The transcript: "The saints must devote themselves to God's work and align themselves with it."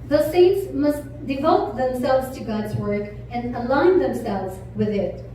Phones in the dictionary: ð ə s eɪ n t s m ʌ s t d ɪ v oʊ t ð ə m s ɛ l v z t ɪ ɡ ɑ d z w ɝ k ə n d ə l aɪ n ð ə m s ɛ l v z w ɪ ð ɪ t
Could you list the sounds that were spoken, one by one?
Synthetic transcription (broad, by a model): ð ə s eɪ n t s m ʌ s t d ɪ v oʊ t ð ə m s ɛ l v z t ɪ ɡ ɑ d z w ɝ k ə n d ə l aɪ n ð ə m s ɛ l v z w ɪ ð ɪ t